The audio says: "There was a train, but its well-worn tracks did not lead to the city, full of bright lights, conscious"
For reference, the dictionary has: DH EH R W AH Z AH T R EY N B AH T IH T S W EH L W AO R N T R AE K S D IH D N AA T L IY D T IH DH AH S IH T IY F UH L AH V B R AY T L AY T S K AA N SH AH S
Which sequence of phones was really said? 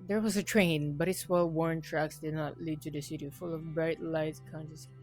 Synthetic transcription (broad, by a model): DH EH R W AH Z AH T R EY N B AH T IH T S W EH L W AO R N T R AE K S D IH D N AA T L IY D T IH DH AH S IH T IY F UH L AH V B R AY T L AY T S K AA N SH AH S